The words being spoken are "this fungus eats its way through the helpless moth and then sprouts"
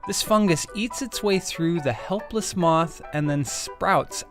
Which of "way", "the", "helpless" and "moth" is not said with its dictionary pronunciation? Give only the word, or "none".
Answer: none